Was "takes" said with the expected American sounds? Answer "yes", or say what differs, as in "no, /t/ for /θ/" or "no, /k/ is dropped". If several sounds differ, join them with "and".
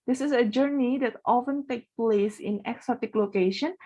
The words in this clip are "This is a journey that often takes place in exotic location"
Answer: no, /s/ is dropped